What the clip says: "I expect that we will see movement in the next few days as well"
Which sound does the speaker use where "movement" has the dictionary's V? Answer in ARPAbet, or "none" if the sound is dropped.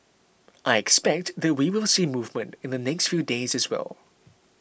V